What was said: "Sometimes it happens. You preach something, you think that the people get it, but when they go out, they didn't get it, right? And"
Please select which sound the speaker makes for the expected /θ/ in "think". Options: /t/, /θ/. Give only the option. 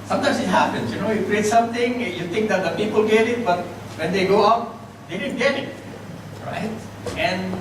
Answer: /t/